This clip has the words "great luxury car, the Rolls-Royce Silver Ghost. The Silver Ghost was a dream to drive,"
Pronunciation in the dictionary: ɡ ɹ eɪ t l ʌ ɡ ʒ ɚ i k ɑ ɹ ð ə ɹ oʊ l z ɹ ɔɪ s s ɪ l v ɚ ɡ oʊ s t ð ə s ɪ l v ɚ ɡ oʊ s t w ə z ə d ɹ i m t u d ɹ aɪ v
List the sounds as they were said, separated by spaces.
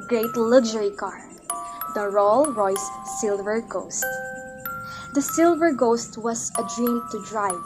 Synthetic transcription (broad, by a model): ɡ ɹ eɪ t l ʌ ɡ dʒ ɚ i k ɑ ɹ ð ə ɹ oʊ l ɹ ɔɪ s s ɪ l v ɚ ɡ oʊ s t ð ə s ɪ l v ɚ ɡ oʊ s t w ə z ə d ɹ i m t u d ɹ aɪ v